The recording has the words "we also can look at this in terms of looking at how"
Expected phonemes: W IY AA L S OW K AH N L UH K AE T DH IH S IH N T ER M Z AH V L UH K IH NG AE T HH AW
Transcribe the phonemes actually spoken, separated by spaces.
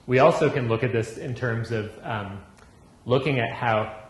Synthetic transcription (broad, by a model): W IY AA L S OW K AH N L UH K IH T DH IH S IH N T ER M Z AH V L UH K IH NG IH T HH AW